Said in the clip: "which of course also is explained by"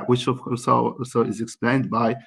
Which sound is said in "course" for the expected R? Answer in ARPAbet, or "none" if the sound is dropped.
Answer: L